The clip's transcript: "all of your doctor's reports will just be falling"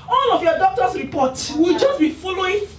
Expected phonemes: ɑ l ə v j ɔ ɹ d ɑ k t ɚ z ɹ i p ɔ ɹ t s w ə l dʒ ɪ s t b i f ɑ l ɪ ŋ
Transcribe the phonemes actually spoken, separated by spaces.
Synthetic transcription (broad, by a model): ɑ l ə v j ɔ d ɑ k t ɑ s ɹ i p ɔ t w ə l dʒ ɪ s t b i f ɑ l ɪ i